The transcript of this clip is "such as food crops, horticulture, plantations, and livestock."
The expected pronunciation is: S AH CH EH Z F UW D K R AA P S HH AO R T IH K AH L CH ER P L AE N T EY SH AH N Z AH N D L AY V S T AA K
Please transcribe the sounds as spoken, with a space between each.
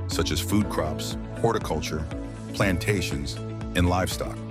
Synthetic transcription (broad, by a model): S AH CH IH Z F UW D K R AA P S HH AO R T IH K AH L CH ER P L AE N T EY SH AH N Z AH N L AY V S T AA K